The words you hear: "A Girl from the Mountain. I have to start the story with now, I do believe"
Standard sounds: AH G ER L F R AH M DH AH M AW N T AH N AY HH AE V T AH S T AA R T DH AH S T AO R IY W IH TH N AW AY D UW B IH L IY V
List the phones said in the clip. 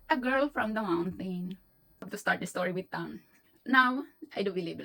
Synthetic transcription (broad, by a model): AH G ER L F R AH M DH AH M AW N T AH N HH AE B T AH S T AA R T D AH S T AO R IY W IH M N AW AY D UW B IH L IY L